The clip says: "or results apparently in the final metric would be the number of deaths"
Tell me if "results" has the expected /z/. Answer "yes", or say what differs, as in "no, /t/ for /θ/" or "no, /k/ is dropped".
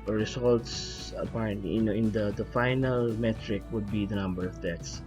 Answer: no, /s/ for /z/